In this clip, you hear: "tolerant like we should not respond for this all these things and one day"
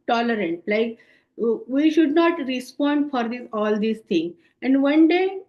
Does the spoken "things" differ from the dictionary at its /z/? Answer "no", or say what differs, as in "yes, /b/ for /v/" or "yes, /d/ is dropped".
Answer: yes, /z/ is dropped